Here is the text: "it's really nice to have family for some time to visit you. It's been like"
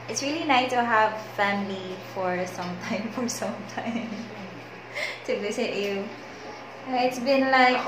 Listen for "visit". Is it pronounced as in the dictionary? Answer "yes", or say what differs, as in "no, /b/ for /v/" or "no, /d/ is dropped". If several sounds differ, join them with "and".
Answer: no, /s/ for /z/